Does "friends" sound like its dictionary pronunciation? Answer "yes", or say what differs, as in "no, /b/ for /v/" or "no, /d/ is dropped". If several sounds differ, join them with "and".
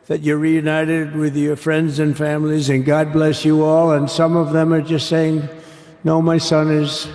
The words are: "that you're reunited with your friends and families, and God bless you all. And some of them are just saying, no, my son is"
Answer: yes